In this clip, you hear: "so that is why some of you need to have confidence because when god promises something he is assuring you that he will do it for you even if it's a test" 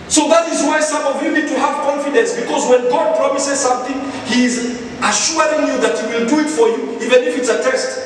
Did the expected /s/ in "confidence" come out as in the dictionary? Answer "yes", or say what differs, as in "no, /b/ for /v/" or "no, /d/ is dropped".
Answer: yes